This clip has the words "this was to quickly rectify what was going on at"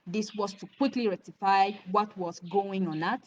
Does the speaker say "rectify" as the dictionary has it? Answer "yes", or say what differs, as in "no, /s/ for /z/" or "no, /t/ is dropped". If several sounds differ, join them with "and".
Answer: no, /k/ is dropped